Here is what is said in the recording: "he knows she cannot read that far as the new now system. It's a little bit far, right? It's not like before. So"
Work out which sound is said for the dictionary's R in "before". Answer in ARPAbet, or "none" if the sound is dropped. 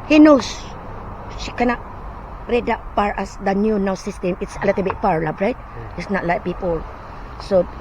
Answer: L